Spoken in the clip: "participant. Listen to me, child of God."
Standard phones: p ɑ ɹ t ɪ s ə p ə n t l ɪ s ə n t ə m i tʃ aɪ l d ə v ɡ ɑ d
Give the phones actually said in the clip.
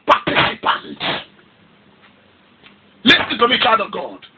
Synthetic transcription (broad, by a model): p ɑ t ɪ s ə p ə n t l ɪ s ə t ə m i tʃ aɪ d ə v ɡ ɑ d